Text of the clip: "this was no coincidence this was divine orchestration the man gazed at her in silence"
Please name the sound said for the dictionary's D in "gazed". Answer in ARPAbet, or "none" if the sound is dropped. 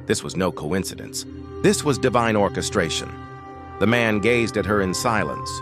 D